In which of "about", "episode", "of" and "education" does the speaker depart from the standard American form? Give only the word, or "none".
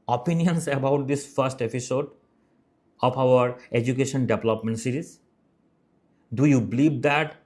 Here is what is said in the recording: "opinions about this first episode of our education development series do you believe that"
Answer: of